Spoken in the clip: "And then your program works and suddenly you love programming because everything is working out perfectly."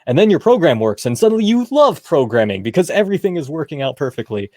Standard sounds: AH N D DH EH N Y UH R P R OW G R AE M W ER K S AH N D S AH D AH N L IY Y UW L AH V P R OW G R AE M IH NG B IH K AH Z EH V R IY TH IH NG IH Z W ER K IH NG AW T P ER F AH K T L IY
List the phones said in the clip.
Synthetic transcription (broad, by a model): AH N DH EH N Y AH R P R OW G R AE M W ER K S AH N S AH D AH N L IY Y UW L AH V P R OW G R AE M IH NG B IH K AH Z EH V R IY TH IH NG IH Z W ER K IH NG AW T P ER F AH K T L IY